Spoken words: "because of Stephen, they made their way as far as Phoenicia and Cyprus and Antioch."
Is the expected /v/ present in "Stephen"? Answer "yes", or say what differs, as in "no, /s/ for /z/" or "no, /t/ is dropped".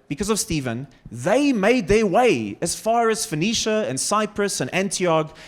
yes